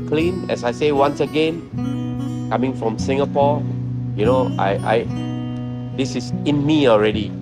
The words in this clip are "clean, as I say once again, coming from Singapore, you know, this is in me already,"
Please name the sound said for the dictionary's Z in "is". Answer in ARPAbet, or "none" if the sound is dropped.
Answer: S